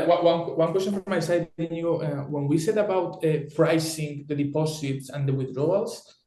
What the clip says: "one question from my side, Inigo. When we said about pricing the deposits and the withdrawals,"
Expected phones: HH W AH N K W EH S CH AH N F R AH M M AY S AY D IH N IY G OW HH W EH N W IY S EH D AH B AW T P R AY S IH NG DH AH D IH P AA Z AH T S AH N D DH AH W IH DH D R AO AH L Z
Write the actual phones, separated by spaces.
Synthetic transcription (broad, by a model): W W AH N K W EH S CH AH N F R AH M M AY S AY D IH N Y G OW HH W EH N W IY S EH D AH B AW T F R AY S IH NG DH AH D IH P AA S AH T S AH N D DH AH W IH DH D R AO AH L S